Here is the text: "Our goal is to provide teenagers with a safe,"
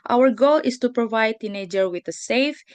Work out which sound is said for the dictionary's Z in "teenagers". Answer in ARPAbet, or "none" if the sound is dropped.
none